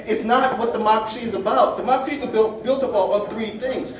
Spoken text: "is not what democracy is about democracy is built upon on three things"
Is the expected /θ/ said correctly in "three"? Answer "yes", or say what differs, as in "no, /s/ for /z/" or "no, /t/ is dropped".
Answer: yes